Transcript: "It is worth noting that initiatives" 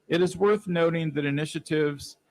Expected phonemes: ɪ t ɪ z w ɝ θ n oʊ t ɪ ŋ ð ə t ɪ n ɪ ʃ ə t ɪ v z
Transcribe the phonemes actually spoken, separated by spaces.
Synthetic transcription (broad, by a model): ɪ t ɪ z w ɝ θ n oʊ t ɪ ŋ ð ə t ɪ n ɪ ʃ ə t ɪ v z